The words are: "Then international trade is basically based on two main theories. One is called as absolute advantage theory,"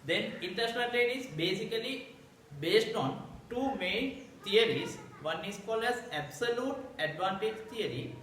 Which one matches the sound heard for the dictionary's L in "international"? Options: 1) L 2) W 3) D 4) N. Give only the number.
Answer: 4